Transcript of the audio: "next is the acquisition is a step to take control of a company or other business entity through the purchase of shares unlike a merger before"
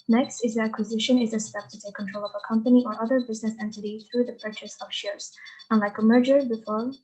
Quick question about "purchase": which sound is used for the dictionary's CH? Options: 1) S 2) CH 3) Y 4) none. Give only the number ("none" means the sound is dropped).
2